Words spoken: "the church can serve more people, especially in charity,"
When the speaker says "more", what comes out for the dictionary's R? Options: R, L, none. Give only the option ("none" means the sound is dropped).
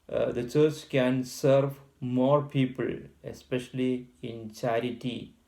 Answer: R